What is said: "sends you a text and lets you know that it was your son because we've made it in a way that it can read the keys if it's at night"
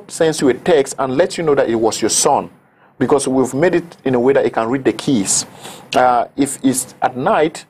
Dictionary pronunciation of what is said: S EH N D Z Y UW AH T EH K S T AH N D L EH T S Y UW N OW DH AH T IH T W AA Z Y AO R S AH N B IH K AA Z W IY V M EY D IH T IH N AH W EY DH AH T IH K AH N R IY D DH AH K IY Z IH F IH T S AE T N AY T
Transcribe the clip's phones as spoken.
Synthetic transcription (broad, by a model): S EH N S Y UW AH T EH K S T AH N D L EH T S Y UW N OW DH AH T IH T W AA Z Y AO R S AH N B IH K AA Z W IY V M EY D IH T IH N AH W EY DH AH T IH K AH N R IY D DH AH K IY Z IH F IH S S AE T N AY T